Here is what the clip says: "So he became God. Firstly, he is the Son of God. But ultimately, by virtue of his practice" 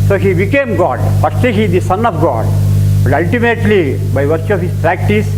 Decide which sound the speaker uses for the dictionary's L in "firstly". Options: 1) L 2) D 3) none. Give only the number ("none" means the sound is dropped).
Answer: 3